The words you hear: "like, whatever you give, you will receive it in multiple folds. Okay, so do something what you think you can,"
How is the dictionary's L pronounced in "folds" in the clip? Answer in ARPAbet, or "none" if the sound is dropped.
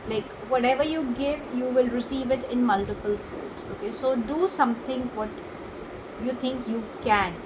none